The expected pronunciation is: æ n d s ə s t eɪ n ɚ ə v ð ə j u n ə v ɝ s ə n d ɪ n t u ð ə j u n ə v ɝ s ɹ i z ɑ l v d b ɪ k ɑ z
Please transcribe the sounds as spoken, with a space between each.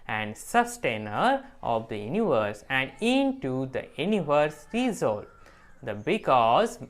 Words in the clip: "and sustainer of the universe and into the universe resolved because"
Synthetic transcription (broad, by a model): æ n d s ə s t eɪ n ɚ ə v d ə j u n ə v ɝ s ə n d ɪ n t u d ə j u n ə v ɝ s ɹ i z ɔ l d b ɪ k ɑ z